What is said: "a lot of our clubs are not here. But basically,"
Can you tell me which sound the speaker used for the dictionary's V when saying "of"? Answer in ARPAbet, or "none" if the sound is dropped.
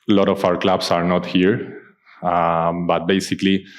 F